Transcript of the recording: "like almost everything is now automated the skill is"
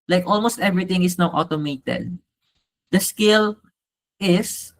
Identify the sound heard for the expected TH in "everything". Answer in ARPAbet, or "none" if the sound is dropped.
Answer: T